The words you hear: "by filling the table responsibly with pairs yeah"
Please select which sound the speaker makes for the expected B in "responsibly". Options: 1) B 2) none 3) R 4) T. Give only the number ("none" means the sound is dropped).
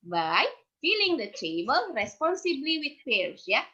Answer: 1